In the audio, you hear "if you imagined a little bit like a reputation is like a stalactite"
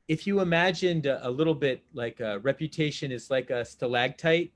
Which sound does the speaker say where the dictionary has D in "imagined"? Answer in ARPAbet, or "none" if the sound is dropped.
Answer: D